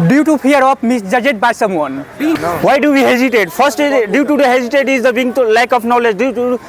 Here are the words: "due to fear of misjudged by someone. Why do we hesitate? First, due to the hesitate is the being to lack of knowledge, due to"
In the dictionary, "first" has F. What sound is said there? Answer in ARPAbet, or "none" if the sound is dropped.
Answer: P